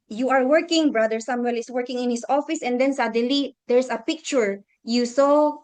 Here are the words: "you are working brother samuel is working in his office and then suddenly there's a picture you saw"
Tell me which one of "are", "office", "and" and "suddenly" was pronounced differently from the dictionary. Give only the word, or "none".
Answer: suddenly